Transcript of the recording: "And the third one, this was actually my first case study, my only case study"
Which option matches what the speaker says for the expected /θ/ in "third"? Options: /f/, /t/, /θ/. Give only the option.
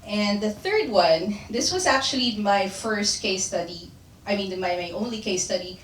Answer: /θ/